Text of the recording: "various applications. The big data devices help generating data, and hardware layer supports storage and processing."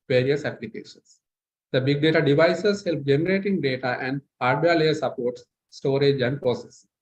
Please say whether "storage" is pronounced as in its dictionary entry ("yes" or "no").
yes